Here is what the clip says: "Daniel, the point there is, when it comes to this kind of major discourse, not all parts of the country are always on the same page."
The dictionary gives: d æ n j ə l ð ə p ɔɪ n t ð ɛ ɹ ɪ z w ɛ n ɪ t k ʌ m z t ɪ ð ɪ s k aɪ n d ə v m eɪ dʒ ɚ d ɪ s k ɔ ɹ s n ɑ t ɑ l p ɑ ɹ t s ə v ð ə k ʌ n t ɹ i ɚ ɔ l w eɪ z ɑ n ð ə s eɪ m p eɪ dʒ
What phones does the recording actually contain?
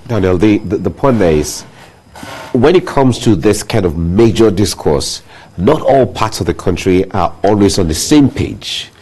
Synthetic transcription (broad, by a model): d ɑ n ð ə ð ð ə p ɔɪ n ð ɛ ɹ ɪ z w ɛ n ɪ t k ʌ m z t ɪ ð ɪ s k aɪ n d ə v m eɪ dʒ ɚ d ɪ s k ɔ ɹ s n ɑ t ɑ l p ɑ ɹ t s ə v ð ə k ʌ n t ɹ i ɚ ɔ l w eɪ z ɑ n ð ə s eɪ m p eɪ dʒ